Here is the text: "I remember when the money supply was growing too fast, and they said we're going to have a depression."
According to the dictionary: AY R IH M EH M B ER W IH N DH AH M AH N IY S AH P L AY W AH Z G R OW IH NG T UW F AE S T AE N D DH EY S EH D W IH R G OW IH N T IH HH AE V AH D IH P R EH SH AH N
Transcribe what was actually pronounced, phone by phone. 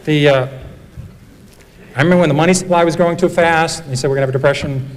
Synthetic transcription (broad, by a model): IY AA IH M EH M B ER W IH N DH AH M AH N IY S AH P L AY W AH Z G R OW IH NG T UW F AE S T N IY S EH D W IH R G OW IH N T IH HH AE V AH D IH P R EH SH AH N